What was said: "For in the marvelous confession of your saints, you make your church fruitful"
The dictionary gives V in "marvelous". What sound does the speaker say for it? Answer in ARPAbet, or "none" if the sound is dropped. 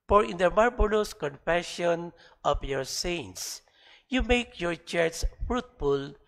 B